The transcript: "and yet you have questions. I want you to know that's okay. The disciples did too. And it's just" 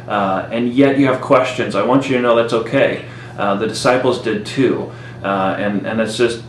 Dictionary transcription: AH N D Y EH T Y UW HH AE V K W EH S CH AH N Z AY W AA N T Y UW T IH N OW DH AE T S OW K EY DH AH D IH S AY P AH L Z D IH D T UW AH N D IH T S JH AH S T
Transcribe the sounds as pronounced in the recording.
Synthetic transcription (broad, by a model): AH N Y EH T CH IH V K W EH S CH AH N Z AY W AA N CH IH T IH N OW DH AE T S OW K EY DH AH D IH S AY P L Z D IH D T UW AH N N IH T S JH AH S T